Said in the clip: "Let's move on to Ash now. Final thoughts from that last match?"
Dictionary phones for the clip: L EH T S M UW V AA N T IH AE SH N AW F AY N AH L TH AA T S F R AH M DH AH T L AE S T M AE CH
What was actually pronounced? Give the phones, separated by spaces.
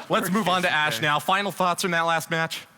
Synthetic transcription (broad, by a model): L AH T S M UW V N T IH AE SH N AW F AY N L TH AA T S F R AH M DH AH T L AE S T M AE CH